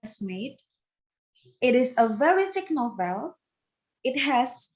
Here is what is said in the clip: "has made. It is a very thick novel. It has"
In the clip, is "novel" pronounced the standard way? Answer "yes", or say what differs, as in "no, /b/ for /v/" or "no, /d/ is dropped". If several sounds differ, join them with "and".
yes